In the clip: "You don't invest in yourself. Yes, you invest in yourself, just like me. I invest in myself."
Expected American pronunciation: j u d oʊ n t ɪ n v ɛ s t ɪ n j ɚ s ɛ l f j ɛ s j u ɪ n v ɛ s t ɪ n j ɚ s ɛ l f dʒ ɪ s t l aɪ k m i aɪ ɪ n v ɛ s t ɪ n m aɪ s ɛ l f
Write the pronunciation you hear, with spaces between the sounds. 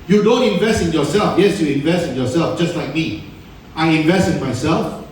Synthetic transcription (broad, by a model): j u d oʊ n t ɪ n v ɛ s t ɪ n j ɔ s ɛ l f j ɛ s j u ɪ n v ɛ s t ɪ n j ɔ s ɛ l f dʒ ɪ s t l aɪ k m i aɪ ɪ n v ɛ s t ɪ n m aɪ s ɛ l f